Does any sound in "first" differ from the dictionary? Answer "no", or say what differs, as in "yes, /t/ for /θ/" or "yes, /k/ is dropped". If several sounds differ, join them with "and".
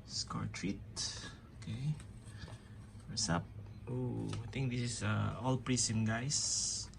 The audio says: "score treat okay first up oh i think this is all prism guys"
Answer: yes, /t/ is dropped